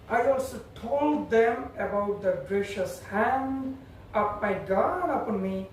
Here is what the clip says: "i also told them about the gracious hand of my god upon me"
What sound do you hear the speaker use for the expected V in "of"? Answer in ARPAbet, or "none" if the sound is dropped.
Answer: P